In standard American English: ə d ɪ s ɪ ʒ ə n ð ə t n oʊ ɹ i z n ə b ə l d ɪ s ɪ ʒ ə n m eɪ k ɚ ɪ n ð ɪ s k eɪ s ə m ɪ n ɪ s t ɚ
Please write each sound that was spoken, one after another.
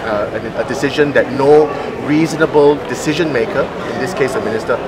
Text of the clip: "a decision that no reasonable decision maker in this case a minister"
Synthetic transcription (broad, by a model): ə d ɪ s ɪ ʒ ə n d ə t n oʊ ɹ i z n ə b ə l d ɪ s ɪ ʒ ə n m eɪ k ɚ ɪ n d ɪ s k eɪ s ə m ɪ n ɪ s t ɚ